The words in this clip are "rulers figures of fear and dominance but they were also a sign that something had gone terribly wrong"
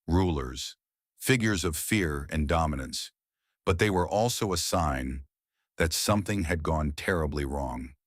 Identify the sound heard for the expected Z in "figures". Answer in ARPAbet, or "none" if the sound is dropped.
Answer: Z